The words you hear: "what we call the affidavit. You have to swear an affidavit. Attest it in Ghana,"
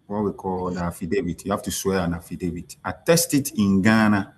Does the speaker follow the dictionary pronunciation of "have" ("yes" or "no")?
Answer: no